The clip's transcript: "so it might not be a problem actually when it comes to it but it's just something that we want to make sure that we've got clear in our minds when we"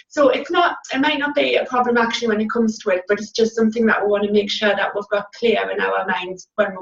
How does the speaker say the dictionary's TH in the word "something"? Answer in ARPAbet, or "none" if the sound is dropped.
TH